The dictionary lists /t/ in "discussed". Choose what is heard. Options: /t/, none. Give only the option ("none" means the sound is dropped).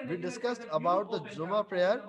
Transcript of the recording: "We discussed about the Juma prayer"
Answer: /t/